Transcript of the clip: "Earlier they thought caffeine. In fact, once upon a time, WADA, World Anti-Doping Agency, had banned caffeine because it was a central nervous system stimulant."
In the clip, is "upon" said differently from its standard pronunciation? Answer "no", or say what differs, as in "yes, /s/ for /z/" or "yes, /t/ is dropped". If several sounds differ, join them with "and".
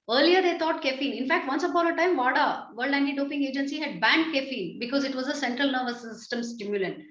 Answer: yes, /b/ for /p/